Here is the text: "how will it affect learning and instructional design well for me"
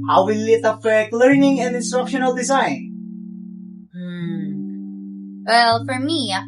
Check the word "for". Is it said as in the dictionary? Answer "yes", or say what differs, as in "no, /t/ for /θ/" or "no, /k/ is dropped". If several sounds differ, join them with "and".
yes